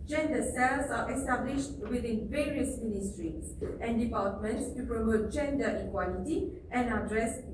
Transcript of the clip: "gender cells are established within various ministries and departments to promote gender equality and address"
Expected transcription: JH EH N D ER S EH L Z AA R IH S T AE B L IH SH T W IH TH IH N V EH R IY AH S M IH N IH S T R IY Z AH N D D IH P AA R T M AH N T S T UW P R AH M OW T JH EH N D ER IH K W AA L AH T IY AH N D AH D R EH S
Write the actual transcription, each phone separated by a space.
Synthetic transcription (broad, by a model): JH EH N D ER S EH L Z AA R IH S T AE B L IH SH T W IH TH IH N V EH R IY AH S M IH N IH S T R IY S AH N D D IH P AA L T M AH N T S T UW P R AH M OW T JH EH N D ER IH K W AA L AH T IY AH N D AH D R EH S